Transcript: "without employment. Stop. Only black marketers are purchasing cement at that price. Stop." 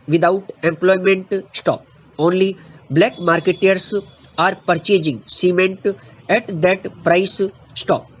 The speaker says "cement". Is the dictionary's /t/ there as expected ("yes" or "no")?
yes